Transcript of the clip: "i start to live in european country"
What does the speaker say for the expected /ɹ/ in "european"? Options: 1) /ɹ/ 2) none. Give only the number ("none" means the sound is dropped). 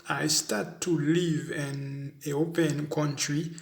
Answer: 2